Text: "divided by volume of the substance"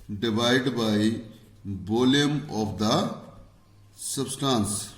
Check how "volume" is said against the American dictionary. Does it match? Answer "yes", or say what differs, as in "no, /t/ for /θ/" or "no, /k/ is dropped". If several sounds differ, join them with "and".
no, /b/ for /v/